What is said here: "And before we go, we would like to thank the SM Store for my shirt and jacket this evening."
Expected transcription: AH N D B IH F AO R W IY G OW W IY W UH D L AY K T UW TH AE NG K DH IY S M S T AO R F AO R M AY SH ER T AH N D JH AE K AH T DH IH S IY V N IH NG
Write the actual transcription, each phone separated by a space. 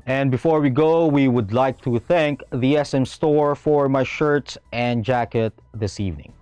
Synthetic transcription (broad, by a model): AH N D B IH F AO R W IY G OW W IY W UH D L AY K T UW TH AE NG K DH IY S M S T AO R F AO R M AY SH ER T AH N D JH AE K AH T DH IH S IY V N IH NG